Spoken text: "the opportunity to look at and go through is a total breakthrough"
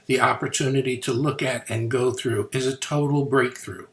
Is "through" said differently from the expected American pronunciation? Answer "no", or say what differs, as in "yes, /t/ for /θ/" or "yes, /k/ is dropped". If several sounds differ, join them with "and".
no